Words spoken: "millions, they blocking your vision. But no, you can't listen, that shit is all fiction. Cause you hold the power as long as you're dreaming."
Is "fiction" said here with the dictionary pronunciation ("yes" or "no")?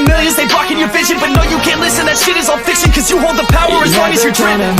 no